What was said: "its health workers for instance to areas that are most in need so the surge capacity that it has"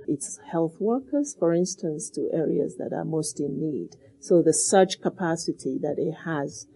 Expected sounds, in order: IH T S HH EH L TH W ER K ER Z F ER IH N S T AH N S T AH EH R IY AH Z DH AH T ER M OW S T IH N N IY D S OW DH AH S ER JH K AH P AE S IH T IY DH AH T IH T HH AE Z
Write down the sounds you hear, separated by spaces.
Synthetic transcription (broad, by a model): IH T S HH EH L TH W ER K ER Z F ER IH N S T AH N S T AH EH R IY AH Z DH AH T ER M OW S T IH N N IY D S OW DH AH S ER CH K AH P AE S IH T IY DH AH T IH T HH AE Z